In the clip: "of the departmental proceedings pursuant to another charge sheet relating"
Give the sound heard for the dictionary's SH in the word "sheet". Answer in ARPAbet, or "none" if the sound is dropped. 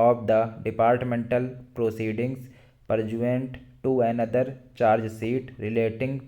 S